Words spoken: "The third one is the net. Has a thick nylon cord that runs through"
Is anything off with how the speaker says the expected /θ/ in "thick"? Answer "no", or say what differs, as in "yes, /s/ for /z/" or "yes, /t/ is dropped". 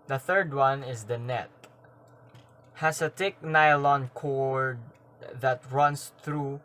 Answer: yes, /t/ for /θ/